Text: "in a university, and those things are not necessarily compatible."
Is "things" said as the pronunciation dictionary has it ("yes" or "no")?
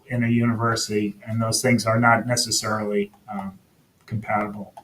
yes